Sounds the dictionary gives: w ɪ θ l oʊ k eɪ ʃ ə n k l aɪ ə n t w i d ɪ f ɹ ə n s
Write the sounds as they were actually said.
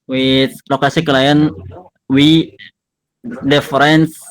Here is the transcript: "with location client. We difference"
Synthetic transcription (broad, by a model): w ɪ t l oʊ k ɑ s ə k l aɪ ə n w i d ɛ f ɹ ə n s